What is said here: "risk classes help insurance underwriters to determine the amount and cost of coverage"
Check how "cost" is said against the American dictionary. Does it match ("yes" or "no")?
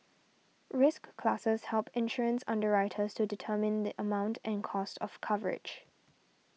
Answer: yes